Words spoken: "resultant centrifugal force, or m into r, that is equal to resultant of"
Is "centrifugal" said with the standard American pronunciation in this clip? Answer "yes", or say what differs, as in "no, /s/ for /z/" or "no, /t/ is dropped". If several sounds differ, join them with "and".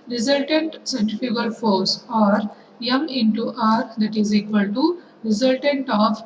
no, /ɹ/ is dropped